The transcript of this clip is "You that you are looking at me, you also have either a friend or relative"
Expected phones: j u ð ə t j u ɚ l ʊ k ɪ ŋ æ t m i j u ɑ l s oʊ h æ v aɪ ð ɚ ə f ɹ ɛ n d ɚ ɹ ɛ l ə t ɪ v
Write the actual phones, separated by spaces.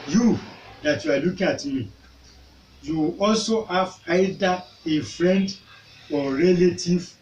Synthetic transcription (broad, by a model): j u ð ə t j u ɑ l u k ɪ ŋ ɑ t m i j u ɑ l s oʊ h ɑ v aɪ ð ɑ ə f ɹ ɛ n d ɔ ɹ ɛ l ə t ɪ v